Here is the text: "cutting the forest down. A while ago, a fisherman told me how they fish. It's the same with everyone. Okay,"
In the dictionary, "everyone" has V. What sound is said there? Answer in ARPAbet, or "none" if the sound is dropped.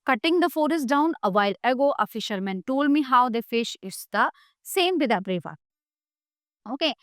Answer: P